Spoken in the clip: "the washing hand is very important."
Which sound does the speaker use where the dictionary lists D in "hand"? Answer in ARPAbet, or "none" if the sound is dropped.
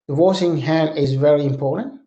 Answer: none